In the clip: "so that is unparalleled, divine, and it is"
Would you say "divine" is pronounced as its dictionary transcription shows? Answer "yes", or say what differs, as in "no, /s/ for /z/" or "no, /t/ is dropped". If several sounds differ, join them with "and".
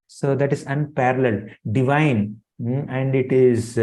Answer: yes